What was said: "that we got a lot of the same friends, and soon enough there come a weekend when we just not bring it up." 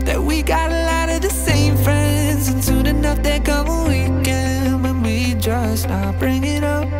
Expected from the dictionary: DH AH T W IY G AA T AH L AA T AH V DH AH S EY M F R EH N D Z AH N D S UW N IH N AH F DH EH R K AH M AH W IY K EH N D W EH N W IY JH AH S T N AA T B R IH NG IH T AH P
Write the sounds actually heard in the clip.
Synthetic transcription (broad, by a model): DH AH T W IY G AA T AH L AA T AH V DH AH S EY M F R EH N D Z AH N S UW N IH N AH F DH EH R K AH M AH W IY K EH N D W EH N W IY JH AH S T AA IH B R IH NG IH T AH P